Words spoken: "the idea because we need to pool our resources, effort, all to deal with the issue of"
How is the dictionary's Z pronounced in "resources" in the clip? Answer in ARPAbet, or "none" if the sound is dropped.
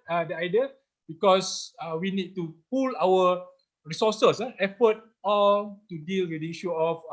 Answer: none